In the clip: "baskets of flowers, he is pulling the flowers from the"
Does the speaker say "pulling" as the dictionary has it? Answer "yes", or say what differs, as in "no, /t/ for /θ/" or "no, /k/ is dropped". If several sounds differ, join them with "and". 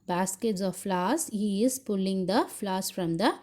yes